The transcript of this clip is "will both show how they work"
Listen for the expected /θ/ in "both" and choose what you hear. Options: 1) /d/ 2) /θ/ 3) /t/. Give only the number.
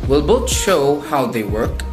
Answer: 3